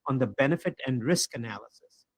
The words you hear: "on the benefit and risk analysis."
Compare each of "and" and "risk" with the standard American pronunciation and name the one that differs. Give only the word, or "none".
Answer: none